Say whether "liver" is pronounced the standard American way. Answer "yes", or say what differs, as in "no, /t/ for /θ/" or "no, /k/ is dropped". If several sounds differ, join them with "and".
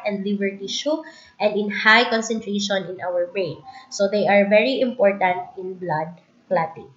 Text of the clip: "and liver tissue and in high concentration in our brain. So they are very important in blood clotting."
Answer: no, /b/ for /v/